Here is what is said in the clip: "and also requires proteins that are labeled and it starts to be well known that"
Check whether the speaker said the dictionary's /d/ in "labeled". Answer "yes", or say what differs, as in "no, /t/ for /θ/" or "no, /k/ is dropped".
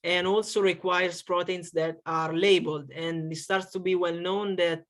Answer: yes